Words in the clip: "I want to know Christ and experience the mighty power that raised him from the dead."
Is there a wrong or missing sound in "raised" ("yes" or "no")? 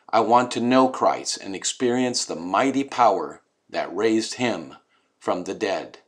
no